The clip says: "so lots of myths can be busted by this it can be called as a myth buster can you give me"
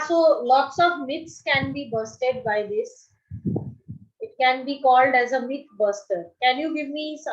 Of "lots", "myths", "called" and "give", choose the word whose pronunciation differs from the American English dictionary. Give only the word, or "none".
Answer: myths